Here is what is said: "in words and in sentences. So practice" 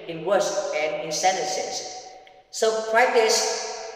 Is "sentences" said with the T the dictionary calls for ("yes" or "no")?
no